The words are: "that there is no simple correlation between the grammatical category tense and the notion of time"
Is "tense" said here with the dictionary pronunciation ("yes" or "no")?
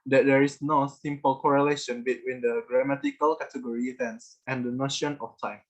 yes